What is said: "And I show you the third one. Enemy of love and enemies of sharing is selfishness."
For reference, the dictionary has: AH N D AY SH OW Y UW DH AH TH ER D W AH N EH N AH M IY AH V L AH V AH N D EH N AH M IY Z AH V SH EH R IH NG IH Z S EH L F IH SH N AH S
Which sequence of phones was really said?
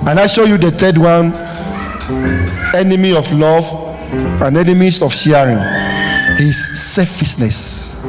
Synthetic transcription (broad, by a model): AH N AY SH OW Y UW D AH T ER D W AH N EH N AH M IY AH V L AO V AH N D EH N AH M IY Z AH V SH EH R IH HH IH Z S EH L F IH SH N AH S